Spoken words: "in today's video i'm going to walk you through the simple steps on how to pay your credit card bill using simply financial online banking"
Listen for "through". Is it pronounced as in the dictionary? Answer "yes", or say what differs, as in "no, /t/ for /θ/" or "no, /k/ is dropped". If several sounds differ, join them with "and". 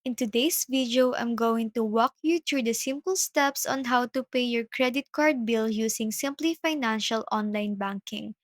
no, /t/ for /θ/